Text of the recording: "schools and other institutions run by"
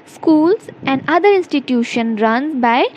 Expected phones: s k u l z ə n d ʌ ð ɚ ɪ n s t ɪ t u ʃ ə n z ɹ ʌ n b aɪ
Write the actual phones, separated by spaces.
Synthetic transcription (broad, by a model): s k u l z ə n d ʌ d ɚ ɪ n s t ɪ t u ʃ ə n ɹ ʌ n b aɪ